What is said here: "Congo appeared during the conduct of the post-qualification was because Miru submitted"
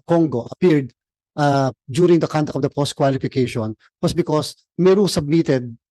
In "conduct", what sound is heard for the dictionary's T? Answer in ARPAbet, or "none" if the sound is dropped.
none